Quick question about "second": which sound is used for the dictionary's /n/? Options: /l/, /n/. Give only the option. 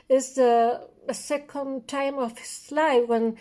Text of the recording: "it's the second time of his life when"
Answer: /n/